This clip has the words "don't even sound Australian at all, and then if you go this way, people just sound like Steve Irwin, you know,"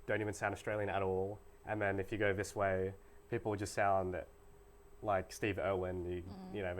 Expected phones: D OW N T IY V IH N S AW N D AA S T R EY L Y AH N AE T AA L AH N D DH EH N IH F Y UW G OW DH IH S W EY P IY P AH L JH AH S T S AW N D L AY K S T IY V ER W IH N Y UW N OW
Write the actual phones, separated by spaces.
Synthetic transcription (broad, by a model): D OW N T IY V IH N S AW N D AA S T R EY L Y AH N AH T AA L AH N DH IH N IH F Y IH G OW DH IH S W EY P IY P L JH AH S T S AW N D L AY K S T IY V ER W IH N Y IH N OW